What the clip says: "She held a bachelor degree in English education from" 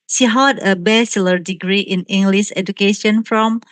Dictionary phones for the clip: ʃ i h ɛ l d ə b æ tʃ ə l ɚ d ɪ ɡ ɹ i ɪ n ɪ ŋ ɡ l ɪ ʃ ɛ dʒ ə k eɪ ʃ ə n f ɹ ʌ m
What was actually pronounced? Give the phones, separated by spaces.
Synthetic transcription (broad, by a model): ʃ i h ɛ d ə b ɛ s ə l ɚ d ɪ ɡ ɹ i ɪ n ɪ ŋ ɡ l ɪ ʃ ɛ dʒ ə k eɪ ʃ ə n f ɹ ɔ m